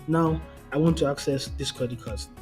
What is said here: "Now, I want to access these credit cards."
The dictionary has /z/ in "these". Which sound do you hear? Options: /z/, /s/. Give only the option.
/s/